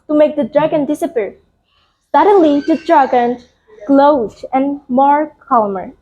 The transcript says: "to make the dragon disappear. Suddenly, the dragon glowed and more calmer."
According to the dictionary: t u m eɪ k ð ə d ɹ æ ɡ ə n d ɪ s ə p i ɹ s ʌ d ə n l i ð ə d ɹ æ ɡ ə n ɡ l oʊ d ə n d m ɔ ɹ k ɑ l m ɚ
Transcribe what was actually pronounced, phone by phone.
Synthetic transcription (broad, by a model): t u m eɪ k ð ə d ɹ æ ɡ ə n d ɪ s ə p i ɹ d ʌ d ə l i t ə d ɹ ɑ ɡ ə n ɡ l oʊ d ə n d m ɔ ɹ k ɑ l m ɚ